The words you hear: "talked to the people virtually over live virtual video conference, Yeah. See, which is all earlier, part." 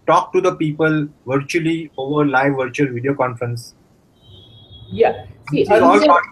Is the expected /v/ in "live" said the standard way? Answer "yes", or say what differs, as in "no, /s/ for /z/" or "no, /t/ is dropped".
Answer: yes